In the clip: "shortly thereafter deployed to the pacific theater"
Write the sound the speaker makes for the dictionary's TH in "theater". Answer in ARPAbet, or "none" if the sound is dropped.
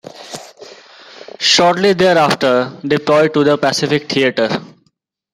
T